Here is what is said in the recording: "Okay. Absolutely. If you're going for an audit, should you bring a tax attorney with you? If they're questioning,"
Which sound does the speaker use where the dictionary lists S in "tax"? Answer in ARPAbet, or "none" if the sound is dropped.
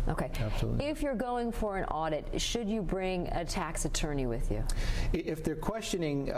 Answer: S